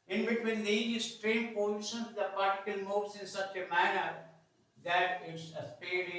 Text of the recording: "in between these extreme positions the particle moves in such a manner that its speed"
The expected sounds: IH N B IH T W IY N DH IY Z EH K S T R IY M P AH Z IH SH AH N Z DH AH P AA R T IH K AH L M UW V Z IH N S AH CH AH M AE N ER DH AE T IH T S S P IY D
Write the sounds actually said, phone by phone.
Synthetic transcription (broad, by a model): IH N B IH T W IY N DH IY EH S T R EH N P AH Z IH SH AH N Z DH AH P AA R T IH K AH L M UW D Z IH N S AH CH AH M AE N ER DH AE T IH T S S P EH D